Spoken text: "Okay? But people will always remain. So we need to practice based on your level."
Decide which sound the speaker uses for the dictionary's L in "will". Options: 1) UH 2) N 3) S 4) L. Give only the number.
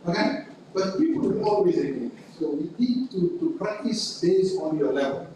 2